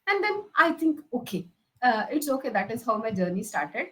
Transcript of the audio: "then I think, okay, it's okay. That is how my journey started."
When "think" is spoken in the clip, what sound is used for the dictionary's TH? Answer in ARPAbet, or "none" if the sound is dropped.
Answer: T